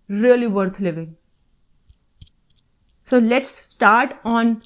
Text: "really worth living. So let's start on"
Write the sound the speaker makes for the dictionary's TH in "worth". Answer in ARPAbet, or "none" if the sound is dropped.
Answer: T